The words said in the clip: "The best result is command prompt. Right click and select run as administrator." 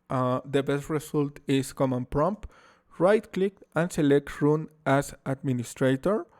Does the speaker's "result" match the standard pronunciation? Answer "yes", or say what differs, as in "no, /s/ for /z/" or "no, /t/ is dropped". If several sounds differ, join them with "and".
no, /s/ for /z/